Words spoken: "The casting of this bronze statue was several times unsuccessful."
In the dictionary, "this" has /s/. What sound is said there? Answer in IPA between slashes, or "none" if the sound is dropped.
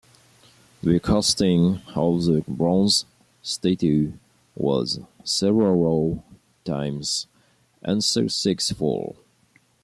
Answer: none